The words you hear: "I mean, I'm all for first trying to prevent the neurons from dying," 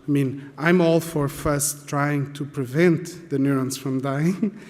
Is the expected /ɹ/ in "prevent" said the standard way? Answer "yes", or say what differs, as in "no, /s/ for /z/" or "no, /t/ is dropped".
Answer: yes